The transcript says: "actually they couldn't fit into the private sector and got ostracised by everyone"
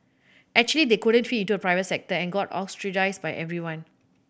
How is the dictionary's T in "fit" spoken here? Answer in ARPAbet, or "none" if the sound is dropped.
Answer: none